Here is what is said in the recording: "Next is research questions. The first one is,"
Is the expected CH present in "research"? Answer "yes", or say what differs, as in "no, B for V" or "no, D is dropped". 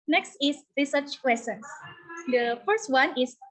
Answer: yes